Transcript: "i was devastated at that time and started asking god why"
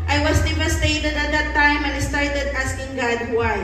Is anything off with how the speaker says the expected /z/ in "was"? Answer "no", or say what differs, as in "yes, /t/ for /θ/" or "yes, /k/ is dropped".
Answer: yes, /s/ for /z/